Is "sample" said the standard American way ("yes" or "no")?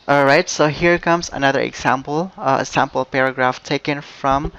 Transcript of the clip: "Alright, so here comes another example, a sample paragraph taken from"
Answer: yes